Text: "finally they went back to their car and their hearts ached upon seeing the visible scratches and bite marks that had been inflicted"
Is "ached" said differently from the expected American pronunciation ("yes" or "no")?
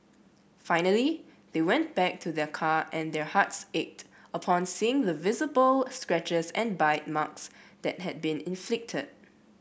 no